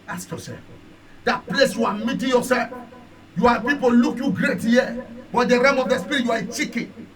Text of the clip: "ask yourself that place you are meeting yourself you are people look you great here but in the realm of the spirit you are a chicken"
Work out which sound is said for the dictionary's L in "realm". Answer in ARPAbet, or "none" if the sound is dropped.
none